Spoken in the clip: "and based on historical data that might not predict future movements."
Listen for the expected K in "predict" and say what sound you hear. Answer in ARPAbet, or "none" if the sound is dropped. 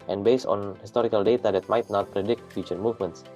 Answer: K